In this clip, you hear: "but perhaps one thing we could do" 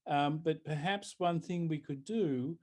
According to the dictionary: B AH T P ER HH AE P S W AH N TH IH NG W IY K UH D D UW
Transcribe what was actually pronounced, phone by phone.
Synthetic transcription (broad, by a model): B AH T P ER HH AE P S W AH N TH IH NG W IY K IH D D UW